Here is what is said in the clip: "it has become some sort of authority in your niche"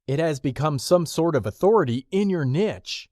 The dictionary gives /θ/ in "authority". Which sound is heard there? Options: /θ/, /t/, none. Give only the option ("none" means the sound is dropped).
/θ/